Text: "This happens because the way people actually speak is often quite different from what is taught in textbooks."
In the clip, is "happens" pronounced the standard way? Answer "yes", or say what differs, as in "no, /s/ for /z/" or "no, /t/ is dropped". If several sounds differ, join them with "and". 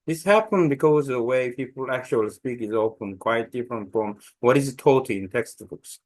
no, /z/ is dropped